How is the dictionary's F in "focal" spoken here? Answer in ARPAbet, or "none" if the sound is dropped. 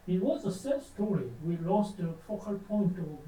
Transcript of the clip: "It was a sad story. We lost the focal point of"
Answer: F